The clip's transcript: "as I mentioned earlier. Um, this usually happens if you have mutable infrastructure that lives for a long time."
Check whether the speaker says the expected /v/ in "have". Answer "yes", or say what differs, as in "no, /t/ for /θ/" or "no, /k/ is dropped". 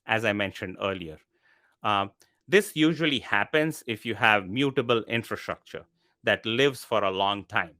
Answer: yes